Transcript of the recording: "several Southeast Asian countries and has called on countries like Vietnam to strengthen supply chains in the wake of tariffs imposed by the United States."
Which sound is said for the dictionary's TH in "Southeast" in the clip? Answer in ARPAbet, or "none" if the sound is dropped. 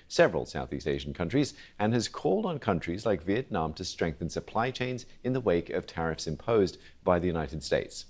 TH